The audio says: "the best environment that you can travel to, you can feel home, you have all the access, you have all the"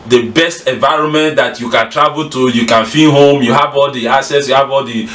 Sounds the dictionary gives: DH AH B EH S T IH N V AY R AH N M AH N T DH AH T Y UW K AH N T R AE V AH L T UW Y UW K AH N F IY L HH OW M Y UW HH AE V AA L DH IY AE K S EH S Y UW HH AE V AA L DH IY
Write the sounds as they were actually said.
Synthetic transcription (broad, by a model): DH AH B EH S T IH N V AY R AH N M AH N T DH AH T Y UW K AH N T R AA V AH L T UW Y UW K AH N F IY N HH OW M Y UW HH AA V AA L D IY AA S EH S Y UW HH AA V AA L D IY